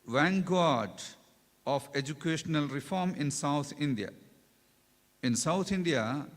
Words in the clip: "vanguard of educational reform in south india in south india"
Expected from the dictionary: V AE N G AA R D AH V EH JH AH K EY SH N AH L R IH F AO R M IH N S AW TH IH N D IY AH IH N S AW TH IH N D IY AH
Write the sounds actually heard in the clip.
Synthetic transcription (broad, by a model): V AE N G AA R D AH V EH JH AH K EY SH N AH L R IH F AO R M IH N S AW T IH N D IY AH IH N S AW T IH N D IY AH